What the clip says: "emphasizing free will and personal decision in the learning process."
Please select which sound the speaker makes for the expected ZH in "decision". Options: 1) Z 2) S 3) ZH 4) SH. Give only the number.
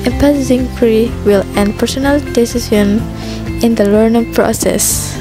2